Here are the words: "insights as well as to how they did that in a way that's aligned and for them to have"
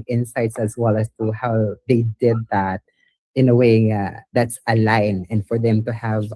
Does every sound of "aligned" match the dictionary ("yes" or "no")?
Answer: no